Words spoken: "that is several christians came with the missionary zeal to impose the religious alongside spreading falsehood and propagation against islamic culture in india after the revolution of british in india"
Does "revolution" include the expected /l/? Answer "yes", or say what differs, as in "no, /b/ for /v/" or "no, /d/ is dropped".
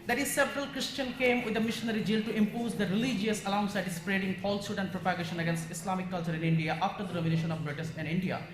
no, /n/ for /l/